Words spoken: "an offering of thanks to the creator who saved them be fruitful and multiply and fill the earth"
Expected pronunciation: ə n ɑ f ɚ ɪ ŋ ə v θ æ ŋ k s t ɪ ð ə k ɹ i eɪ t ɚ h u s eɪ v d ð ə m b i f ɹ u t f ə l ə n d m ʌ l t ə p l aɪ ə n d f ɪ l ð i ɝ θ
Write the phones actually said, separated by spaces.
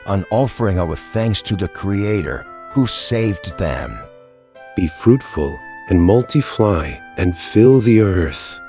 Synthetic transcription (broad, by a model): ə n ɑ f ɚ ɪ ŋ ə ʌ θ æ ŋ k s t ɪ ð ə k ɹ i eɪ t ɚ h u s eɪ v ð ə m b i f ɹ u t f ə l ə n m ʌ l t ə f l aɪ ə n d f ɪ l ð i ɝ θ